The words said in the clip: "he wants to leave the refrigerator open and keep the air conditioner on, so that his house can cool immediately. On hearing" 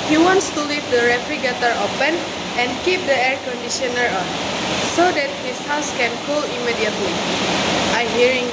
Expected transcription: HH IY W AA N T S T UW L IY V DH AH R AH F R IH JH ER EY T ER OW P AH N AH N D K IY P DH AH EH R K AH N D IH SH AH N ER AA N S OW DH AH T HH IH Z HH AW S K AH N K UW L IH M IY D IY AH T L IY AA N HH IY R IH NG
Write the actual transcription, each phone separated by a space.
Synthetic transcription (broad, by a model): HH IY W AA N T S T UW L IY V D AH R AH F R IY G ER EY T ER OW P AH N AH N K IY P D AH EH R K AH N D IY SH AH N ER AA N S OW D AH T HH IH S HH AW S K AH N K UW L IH M IY D IY AH T L IY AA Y HH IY R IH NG